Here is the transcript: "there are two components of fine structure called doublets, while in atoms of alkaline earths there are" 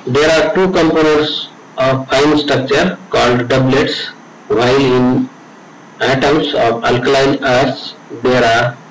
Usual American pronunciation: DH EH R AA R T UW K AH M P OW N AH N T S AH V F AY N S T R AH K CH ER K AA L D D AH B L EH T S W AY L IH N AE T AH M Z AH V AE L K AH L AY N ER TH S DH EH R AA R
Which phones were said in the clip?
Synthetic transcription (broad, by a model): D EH R AA R T UW K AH M P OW N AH T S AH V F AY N S T R AH K CH ER K AA L D D AH B L EH T S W AY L IH N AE T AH M S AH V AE L K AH L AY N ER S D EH R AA R